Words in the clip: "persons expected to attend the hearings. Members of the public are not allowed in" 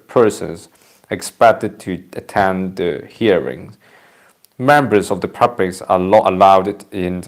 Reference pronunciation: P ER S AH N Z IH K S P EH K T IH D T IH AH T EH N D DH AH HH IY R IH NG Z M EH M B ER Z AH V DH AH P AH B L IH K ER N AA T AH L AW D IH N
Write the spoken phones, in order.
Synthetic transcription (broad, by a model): P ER S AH N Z IH K S P EH K T IH D T IH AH T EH N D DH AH HH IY R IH NG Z M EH M B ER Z AH V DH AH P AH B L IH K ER L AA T AH L AW D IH N